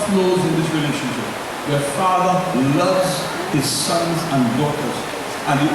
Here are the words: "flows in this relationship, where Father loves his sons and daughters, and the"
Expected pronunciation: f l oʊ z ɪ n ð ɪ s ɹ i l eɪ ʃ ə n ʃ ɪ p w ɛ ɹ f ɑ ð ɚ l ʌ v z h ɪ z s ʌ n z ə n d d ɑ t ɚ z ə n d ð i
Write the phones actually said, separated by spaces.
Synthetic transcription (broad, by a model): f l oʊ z ɪ n ð ɪ s ɹ i l eɪ ʃ ə n ʃ ɪ p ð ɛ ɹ f ɑ ð ɚ l ʌ v z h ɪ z s ʌ n z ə n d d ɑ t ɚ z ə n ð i